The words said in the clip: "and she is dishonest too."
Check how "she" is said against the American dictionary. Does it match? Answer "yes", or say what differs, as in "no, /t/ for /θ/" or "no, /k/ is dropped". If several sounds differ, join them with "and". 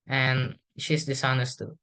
yes